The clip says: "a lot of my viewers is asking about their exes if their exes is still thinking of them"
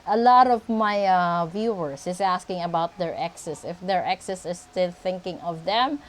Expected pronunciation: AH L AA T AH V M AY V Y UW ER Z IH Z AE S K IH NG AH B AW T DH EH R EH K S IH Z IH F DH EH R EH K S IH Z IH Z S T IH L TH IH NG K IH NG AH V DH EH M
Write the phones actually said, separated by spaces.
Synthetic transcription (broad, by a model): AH L AA T AH V M AY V Y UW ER S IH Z AE S K IH NG AH B AW T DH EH R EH K S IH S IH F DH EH R EH K S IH S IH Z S T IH L TH IH NG K IH NG AH V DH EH M